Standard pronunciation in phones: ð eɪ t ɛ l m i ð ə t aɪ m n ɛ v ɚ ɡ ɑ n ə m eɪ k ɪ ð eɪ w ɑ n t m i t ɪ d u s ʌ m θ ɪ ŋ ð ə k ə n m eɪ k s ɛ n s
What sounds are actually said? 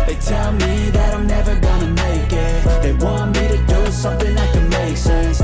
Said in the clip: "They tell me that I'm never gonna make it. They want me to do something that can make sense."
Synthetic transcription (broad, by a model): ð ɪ t ɛ l m i ð ə t aɪ m n ɛ v ɚ ɡ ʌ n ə m eɪ k ɪ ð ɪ w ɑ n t m i t ɪ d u s ʌ m θ ɪ ŋ ð ə k ə n m eɪ k s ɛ n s